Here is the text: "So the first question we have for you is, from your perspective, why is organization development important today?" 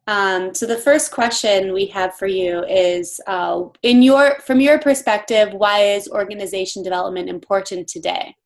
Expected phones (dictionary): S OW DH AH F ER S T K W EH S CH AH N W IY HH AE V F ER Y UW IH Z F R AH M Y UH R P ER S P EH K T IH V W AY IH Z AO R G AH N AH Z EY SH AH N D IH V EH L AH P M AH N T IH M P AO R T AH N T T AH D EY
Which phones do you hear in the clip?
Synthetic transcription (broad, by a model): S OW DH AH F ER S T K W EH S CH AH N W IY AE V F ER Y UW IH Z F R AH M Y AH R P ER S P EH K T IH V W AY IH Z AO R G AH N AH Z EY SH N D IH V EH L AH P M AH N T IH M P AO R T N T T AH D EY